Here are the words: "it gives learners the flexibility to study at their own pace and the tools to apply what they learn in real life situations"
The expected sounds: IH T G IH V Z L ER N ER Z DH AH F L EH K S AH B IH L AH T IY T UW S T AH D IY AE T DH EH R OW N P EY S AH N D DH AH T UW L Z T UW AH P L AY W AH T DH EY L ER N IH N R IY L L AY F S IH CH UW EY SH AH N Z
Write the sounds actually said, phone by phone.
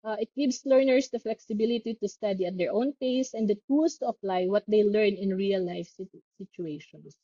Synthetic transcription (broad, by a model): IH T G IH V S L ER N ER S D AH F L EH K S AH B IH L AH T IY T UW S T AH D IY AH T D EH R OW N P EY S AH N D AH T UW L S T UW AH P L AY W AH T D EY L ER N IH N R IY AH L AY F S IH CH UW EY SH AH N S